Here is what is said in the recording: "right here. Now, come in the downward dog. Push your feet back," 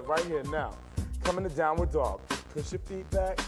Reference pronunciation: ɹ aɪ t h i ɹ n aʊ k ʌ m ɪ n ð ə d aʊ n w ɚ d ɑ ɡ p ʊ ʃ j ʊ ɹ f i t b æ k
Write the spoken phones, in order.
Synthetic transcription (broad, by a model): ɹ aɪ t h i ɹ n aʊ k ʌ m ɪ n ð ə d aʊ n w ɚ d ɑ ɡ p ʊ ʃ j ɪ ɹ f i t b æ k